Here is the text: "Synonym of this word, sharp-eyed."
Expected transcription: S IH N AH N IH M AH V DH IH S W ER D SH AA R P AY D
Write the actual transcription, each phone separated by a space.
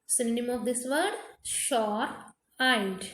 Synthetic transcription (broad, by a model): S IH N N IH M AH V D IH S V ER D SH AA R AY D